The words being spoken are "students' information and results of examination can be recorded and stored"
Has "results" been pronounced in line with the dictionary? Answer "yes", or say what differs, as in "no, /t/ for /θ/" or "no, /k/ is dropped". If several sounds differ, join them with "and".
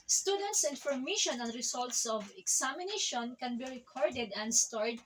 no, /s/ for /z/